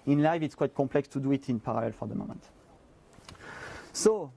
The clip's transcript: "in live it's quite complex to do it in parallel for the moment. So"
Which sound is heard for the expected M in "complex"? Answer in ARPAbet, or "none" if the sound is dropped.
none